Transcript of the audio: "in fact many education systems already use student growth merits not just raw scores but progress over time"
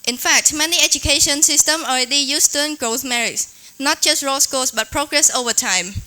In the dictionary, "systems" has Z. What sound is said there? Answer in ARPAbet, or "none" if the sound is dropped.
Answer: none